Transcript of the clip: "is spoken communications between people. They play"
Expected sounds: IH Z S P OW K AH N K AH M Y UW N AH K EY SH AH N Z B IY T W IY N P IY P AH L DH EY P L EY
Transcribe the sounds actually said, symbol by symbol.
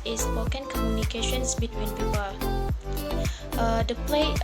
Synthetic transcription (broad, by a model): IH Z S OW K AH N K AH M Y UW N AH K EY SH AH N S B IY T W IY N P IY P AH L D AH P L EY